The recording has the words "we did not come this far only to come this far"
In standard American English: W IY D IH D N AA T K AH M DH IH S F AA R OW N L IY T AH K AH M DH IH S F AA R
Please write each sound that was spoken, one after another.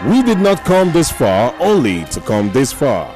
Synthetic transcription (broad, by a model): W IY D IH D N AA T K AH M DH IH S F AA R OW N L IY T AH K AH M DH IH S F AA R